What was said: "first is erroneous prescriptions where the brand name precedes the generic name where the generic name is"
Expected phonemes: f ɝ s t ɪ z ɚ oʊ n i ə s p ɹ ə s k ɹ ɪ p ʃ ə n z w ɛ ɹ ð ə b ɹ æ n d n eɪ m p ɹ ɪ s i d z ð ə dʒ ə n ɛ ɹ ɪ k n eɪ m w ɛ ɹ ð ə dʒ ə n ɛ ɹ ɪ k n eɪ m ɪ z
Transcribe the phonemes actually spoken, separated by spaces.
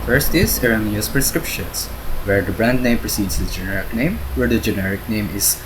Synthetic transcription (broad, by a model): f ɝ s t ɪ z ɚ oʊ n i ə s p ɹ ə s k ɹ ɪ p ʃ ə n s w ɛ ɹ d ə b ɹ æ n d n eɪ m p ɹ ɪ s i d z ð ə dʒ ə n ɛ ɹ ɪ k n eɪ m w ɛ ɹ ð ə dʒ ə n ɛ ɹ ɪ k n eɪ m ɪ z